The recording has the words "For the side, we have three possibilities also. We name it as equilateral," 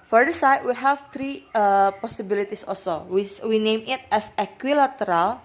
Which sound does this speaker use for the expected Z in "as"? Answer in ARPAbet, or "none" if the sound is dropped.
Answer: S